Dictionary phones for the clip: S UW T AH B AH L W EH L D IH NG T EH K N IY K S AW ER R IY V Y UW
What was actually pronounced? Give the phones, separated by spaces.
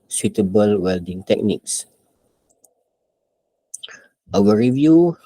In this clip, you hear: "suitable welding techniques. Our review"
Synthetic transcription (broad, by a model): S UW T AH B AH L W EH L D IH NG T EH K N IY K S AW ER R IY V Y UW